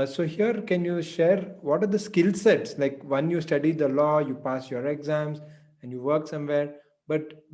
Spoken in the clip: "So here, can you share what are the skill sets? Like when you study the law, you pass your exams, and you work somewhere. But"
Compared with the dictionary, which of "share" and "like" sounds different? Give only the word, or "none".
none